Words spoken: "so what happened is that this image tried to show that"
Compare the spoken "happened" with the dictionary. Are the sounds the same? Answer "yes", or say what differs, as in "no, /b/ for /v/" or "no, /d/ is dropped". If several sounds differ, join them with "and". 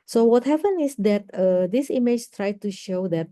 no, /d/ is dropped